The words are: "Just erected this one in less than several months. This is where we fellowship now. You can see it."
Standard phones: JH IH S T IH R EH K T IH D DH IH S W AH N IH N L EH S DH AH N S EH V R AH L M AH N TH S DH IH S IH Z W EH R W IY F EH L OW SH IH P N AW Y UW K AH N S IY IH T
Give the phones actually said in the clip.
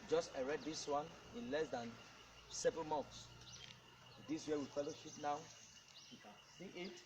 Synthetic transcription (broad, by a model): JH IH S T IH R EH T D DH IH S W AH N IH N L EH S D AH N S EH V R AH L M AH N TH S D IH S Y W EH W IY F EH L OW SH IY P N AW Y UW K AH N S IY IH T